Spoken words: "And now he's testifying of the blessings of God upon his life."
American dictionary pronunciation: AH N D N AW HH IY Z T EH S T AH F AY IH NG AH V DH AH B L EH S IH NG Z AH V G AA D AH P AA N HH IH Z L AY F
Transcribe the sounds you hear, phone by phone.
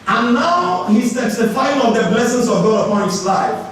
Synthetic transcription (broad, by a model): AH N N AW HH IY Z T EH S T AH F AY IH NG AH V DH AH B L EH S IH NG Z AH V G AA D AH P AA N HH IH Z L AY F